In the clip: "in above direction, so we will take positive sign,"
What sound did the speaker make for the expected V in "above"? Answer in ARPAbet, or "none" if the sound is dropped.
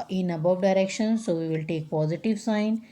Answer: V